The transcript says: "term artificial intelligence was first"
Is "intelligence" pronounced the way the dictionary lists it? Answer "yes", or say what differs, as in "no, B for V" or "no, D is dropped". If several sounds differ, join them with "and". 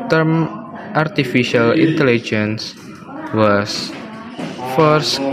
yes